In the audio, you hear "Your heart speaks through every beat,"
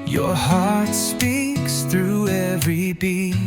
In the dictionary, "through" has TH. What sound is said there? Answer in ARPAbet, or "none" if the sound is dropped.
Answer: TH